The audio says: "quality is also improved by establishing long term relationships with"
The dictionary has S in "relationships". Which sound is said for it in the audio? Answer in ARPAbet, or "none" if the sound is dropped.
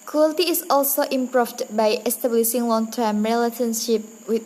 none